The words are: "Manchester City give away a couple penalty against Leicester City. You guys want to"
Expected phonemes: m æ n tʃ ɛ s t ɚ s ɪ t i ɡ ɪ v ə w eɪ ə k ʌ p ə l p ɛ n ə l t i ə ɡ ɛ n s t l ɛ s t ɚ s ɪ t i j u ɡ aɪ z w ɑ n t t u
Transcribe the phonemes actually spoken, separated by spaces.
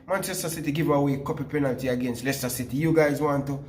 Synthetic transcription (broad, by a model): m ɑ n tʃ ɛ s t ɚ s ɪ t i ɡ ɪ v ə w eɪ k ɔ p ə p ɛ n ə l t i ə ɡ ɛ n s t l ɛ s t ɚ s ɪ t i j u ɡ aɪ z w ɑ n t t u